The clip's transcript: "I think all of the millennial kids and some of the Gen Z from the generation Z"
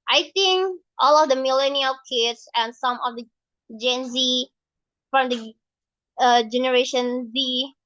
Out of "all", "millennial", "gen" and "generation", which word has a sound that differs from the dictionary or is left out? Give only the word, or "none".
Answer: none